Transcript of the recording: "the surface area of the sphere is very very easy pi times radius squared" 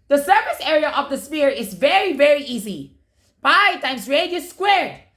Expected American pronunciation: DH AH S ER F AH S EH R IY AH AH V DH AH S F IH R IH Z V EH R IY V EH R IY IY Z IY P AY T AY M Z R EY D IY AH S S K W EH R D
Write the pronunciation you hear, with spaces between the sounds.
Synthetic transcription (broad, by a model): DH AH S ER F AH S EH R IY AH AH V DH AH S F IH R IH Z V EH R IY V EH R IY IY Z IY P AY T AY M S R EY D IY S S K W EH R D